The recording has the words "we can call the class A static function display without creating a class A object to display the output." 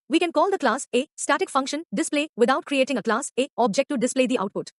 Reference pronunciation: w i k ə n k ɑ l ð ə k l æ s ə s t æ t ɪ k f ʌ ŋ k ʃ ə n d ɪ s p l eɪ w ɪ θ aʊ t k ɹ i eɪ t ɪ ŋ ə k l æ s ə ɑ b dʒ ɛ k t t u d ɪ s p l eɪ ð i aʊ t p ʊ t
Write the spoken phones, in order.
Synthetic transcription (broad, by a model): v i k ə n k ɑ l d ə k l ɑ s ə s t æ t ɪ k f ʌ ŋ k ʃ ə n d ɪ s p l eɪ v ɪ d aʊ t k ɹ i eɪ t ɪ ŋ ə k l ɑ s ə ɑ b dʒ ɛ k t t u d ɪ s p l eɪ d i aʊ t p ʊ t